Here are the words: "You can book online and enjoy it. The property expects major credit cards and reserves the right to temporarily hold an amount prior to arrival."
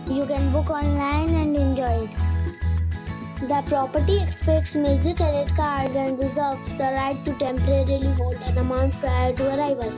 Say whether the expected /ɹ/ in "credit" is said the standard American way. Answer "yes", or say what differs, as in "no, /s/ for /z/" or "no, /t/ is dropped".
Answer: no, /ɹ/ is dropped